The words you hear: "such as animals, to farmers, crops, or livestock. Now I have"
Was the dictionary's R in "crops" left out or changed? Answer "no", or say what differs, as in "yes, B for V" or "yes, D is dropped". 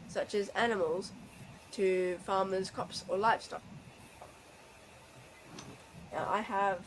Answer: yes, R is dropped